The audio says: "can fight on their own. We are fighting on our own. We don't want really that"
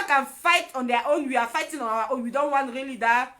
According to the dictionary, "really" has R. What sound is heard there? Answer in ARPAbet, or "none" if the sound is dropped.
R